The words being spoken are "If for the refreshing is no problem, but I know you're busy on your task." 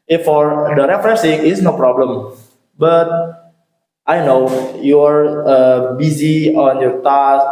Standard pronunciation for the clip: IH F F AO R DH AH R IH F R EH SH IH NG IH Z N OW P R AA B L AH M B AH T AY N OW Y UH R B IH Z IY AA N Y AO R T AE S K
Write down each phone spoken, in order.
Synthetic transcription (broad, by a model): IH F F AO R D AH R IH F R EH S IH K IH S N OW P R AA B L AH M B AH T AY N OW Y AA R B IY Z IY AA N Y AO R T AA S